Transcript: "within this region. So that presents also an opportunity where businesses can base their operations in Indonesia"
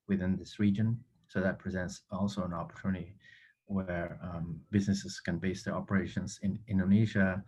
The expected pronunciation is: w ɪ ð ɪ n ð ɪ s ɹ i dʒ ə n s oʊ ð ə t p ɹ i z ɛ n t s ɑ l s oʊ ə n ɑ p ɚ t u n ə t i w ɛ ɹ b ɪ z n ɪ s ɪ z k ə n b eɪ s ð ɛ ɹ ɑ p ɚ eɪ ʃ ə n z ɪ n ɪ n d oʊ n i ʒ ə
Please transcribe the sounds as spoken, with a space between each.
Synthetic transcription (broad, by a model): w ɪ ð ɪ n ð ɪ s ɹ i dʒ ə n s oʊ ð ə t p ɹ i z ɛ n t s ɑ l s oʊ ə n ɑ p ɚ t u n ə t i w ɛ ɹ b ɪ z n ɪ s ɪ z k ə n b eɪ s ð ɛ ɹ ɑ p ɚ eɪ ʃ ə n z ɪ n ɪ n d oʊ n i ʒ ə